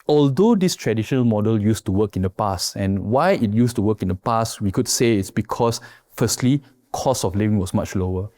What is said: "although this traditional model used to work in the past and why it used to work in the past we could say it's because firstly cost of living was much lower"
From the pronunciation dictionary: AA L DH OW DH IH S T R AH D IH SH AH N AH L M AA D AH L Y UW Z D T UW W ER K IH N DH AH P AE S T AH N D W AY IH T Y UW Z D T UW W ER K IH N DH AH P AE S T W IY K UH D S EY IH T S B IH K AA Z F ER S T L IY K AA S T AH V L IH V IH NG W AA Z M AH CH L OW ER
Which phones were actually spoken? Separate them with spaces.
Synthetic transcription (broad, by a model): AA L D OW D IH S T R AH D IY SH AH N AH L M AA D AH L Y UW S T UW W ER K IH N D AH P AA S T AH N W AY IH T Y UW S T UW W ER K IH N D AH P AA S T W IY K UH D S EY IH T S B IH K AA S F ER S T L IY K AA S AH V L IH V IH NG W AA S M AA CH L OW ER